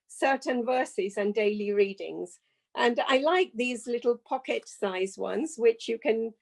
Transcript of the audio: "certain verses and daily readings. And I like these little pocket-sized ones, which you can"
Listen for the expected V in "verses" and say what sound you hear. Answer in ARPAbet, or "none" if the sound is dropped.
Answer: V